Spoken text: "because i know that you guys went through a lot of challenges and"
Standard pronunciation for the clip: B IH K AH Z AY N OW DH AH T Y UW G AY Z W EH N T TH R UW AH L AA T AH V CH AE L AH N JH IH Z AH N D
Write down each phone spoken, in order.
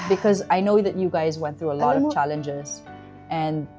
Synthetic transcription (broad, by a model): B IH K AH Z AY N OW DH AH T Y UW G AY Z W EH N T TH R UW AH L AA T AH V CH AE L AH N JH IH Z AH N